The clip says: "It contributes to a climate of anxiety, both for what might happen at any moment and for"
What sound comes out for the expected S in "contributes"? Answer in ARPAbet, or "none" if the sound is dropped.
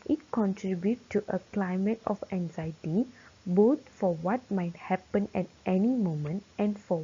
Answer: none